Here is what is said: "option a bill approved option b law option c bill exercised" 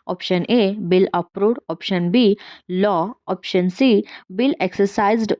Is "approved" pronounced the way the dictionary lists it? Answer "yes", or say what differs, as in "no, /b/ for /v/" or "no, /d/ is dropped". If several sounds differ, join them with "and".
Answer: no, /v/ is dropped